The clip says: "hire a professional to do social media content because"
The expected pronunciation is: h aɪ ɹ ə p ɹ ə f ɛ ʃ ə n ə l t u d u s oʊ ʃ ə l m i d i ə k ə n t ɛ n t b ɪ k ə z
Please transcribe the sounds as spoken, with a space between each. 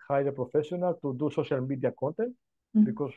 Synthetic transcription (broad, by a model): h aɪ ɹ ə p ɹ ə f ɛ s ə n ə l t u d u s oʊ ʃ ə l m i d i ə k ə n t ɛ n t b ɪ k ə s